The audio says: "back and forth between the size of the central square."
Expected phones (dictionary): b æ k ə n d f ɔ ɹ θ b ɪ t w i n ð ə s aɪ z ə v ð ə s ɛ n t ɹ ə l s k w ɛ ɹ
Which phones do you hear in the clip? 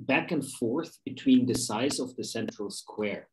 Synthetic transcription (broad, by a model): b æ k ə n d f ɔ ɹ θ b ɪ t w i n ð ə s aɪ z ə v ð ə s ɛ n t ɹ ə l s k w ɛ ɹ